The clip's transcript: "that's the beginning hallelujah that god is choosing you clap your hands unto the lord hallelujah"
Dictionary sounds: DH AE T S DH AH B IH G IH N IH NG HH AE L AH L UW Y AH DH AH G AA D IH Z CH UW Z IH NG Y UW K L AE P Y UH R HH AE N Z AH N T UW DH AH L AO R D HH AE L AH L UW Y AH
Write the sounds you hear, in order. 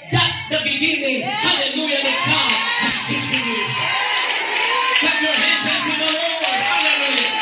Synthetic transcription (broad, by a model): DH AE T S DH AH B IH G IH N IH NG HH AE L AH L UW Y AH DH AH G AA IH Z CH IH S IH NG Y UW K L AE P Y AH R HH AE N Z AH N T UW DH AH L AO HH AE L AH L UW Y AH